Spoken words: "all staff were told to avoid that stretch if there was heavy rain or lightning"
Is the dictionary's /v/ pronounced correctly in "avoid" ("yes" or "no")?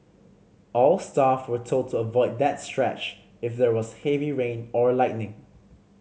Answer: yes